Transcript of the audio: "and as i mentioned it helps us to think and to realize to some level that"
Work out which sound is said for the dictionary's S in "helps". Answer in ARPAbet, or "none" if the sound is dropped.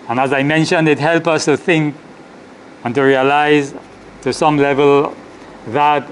none